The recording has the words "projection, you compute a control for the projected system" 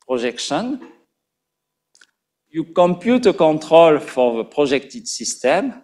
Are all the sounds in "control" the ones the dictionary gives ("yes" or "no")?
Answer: no